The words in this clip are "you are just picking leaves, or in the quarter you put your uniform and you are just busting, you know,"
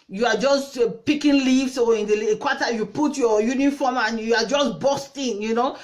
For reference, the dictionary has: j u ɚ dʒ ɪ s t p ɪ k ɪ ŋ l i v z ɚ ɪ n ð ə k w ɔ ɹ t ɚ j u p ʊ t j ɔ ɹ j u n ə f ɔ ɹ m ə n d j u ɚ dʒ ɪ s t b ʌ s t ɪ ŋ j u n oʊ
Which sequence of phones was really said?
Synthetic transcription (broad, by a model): j u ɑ dʒ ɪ s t p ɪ k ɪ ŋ l i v s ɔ ɪ n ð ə k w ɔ t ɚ j u p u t j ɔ j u n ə f ɔ m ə n j u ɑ dʒ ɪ s b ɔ s t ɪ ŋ j u n oʊ